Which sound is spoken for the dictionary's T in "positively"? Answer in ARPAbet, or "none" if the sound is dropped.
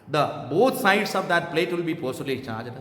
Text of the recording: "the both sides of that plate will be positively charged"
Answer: S